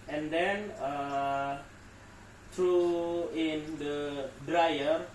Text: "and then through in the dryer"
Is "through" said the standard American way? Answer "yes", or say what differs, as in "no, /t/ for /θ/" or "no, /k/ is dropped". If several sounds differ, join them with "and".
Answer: no, /t/ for /θ/